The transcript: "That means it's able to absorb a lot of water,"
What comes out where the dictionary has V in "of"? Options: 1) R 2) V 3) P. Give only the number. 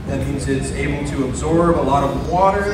2